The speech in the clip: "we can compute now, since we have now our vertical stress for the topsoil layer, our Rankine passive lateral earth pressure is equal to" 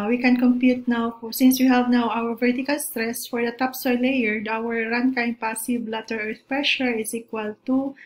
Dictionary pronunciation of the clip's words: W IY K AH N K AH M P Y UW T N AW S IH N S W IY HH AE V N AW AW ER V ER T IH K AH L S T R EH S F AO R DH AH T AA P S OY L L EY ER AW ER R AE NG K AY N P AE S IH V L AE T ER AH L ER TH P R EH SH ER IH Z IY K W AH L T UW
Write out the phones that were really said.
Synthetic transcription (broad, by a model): W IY K AH N K AH M P Y UW T N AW S IH N S W IY HH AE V N AW AW ER V ER T IH K AH L S T R EH S F AO R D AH T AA P S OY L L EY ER AW ER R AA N K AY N P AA S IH B L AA T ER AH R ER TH P R EH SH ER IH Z IY K W AH L T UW